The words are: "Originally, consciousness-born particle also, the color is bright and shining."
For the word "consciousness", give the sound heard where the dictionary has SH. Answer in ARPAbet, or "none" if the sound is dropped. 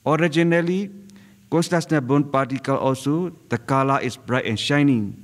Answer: S